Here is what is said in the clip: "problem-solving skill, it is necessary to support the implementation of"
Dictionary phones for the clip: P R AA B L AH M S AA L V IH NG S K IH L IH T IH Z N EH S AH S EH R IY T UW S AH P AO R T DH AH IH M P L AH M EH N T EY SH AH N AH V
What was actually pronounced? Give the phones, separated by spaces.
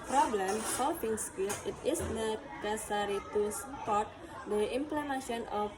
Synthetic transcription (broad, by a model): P R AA B L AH M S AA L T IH NG S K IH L IH T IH S N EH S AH S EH R IY T UW S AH P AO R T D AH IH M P L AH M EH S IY AH N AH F